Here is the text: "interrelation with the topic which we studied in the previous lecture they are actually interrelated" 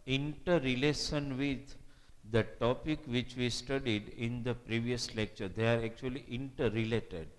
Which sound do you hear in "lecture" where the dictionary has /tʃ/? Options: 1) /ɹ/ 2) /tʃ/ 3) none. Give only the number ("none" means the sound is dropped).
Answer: 2